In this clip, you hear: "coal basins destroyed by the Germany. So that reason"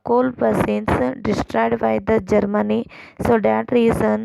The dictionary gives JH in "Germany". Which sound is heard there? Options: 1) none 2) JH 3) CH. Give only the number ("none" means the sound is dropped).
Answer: 2